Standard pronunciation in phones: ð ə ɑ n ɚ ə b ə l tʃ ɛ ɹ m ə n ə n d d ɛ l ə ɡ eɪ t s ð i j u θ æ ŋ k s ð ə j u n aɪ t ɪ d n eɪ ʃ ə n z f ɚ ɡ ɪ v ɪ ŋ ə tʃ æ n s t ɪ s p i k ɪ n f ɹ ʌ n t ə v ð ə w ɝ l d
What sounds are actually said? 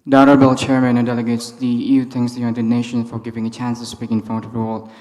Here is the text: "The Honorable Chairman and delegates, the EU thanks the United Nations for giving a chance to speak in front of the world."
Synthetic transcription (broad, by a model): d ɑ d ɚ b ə l tʃ ɛ ɹ m ə n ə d d ɛ l ə ɡ eɪ t s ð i j u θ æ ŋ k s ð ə j u n aɪ t ɪ d n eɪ ʃ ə n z f ɚ ɡ ɪ v ɪ ŋ ə tʃ æ n s t ɪ s p i k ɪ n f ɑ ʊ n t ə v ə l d